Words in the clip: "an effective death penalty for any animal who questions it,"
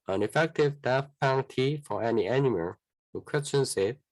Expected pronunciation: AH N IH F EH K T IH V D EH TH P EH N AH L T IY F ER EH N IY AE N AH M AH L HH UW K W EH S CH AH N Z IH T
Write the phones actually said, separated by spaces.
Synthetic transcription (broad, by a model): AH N IH F EH K T IH V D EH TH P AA AH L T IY F ER EH N IY AE N AH M AH L HH UW K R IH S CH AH N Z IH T